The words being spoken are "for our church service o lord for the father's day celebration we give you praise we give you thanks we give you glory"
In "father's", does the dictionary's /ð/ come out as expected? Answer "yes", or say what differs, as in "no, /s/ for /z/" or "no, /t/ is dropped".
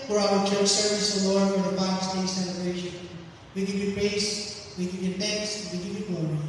no, /ð/ is dropped